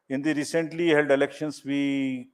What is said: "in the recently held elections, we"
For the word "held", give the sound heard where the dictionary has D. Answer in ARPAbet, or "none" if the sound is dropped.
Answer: D